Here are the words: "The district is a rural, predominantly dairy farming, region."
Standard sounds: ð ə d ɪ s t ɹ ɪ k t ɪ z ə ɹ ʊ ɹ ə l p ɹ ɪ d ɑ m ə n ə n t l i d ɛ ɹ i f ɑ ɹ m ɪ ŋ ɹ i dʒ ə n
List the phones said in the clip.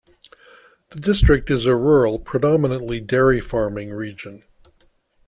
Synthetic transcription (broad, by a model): ð ə d ɪ s t ɹ ɪ k t ɪ z ə ɹ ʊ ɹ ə l p ɹ ɪ d ɑ m ə n ə n t l i d ɛ ɹ i f ɑ ɹ m ɪ ŋ ɹ i dʒ ə n